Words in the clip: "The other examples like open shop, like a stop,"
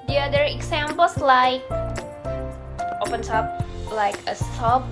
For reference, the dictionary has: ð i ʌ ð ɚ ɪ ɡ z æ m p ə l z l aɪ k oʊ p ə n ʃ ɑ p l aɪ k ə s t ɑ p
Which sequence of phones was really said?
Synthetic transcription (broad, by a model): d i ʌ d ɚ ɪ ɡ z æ m p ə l s l aɪ k oʊ p ə n s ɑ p l aɪ k ə s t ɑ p